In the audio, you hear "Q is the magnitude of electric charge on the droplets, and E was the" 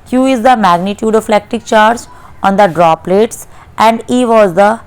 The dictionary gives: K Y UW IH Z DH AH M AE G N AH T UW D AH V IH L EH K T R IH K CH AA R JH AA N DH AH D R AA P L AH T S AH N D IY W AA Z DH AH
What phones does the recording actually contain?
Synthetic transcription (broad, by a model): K Y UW IH Z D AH M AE G N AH T UW D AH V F L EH K T IH K CH AA R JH AA N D AH D R AA P L AH T S AH N D IY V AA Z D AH